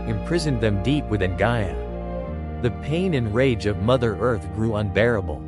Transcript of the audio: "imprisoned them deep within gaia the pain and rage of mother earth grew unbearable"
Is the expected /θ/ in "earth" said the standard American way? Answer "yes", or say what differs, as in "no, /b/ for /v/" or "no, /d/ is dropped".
yes